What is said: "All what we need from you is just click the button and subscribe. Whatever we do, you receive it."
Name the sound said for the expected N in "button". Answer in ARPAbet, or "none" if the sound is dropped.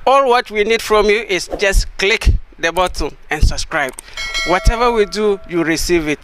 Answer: none